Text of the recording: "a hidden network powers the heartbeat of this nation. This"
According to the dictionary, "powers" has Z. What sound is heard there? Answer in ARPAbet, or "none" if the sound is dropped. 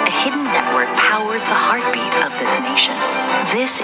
Z